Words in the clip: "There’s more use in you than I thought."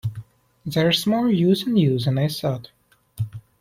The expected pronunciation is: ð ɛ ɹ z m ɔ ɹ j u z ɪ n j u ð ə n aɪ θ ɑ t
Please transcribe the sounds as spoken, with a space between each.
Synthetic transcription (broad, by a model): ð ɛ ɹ s m ɔ l j u z ɪ n j u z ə n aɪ s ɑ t